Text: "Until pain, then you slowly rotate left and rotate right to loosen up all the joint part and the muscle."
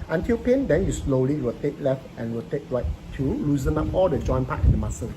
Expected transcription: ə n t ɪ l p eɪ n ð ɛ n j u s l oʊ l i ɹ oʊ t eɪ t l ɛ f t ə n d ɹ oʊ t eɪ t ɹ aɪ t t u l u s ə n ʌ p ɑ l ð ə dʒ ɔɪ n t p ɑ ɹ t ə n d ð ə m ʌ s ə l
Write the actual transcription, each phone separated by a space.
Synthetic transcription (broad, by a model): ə n t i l p eɪ n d ɛ n j u s l oʊ l i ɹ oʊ t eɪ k l ɛ f t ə n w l t eɪ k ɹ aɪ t t u l u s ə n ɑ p ɑ l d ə dʒ ɔɪ n p ɑ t ə n d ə m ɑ s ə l